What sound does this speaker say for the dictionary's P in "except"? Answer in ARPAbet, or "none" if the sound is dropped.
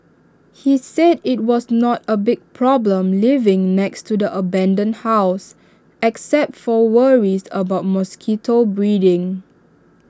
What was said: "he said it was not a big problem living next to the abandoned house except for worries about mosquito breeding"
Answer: P